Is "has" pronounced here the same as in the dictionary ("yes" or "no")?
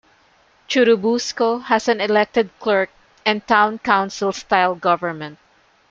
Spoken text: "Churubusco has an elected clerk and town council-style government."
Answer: no